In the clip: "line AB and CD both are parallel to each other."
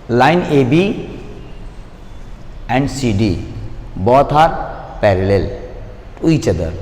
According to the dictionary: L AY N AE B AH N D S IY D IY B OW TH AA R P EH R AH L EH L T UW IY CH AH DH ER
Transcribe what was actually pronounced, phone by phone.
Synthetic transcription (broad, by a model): L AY N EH B AH N D S IY D IY B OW T AA R P EH R AH L EH L T UW IY CH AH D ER